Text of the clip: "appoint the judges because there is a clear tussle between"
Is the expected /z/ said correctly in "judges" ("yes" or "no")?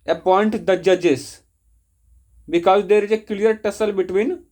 no